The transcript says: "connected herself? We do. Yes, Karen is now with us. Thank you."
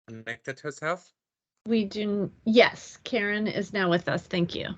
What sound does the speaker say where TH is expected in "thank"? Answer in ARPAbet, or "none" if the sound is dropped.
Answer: TH